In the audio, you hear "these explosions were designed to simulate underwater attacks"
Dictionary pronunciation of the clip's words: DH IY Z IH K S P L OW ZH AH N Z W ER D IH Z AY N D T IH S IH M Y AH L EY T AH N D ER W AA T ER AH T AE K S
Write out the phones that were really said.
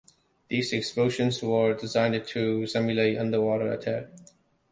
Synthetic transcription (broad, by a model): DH IY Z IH K S P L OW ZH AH N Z W ER D IH Z AY N D T IH S IH M Y AH L EY T AH N D ER W AA T ER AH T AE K